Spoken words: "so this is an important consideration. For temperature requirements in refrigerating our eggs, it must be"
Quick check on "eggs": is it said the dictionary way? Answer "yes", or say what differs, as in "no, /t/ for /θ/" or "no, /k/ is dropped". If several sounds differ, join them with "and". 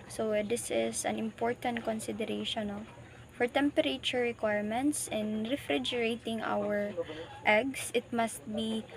no, /s/ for /z/